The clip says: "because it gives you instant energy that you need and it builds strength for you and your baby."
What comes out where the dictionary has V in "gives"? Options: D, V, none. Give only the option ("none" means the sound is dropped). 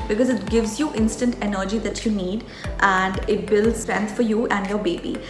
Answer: V